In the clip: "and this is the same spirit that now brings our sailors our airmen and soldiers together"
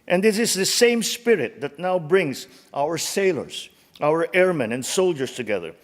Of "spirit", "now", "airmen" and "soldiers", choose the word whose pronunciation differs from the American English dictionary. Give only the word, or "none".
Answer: soldiers